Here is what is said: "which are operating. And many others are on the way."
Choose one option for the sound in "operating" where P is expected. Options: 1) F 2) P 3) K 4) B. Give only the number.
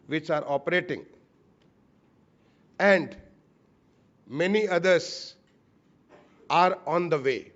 2